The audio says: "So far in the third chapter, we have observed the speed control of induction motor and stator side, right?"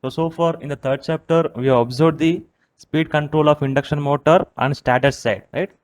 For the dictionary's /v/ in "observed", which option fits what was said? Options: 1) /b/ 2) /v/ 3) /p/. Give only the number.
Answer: 1